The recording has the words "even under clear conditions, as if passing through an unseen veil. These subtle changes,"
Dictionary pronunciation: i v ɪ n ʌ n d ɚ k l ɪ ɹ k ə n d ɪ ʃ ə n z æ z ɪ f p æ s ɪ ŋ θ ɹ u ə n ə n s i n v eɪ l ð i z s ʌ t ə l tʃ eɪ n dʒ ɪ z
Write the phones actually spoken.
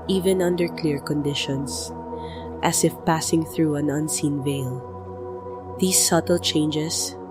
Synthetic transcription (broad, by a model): i v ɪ n ʌ n d ɚ k l ɪ ɹ k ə n d ɪ ʃ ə n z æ s ɪ f p æ s ɪ ŋ θ ɹ u ə n ə n s i n v eɪ l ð i s ʌ t ə l tʃ eɪ n dʒ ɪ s